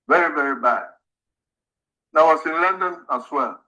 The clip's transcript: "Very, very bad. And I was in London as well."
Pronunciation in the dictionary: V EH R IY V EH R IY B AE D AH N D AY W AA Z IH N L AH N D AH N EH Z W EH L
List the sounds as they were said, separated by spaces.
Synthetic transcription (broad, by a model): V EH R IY V EH R IY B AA AH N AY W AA S IH N L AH N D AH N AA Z W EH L